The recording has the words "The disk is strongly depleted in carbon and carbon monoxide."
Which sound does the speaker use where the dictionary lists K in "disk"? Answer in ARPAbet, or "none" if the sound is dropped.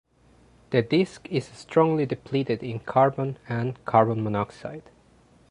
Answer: K